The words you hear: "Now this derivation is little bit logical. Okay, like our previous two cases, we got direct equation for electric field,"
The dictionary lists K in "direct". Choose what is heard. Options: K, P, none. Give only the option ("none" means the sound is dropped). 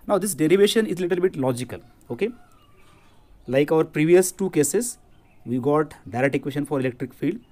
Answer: none